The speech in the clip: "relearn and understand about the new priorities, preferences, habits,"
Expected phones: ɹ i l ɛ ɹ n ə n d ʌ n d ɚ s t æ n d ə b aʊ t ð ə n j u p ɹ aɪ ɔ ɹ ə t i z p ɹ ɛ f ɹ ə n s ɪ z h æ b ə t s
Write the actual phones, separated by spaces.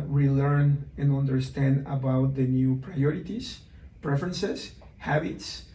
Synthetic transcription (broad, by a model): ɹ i l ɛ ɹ n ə n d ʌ n d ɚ s t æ n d ə b aʊ t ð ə n j u p ɹ aɪ ɔ ɹ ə t i s p ɹ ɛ f ɹ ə n s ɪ s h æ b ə t s